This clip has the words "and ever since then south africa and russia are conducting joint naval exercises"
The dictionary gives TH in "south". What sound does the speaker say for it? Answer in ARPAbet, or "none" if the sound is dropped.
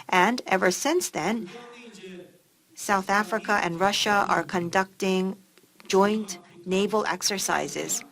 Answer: TH